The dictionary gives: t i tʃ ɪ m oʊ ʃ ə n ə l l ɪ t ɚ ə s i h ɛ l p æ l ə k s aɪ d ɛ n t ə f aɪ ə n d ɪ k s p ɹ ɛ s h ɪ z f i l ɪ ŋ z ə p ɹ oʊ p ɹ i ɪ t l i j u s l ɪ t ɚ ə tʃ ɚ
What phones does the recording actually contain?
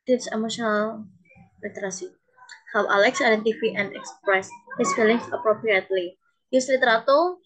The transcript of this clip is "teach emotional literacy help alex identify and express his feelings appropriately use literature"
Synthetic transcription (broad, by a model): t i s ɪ m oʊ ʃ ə n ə l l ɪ t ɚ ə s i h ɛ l ɑ l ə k s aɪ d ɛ n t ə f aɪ ə n d ɪ k s p ɹ ɛ s h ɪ s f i l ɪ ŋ s ə p ɹ oʊ p ɹ i ɪ t l i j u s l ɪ t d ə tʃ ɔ